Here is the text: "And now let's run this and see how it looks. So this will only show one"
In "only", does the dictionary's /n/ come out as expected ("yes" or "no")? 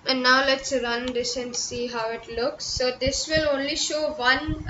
yes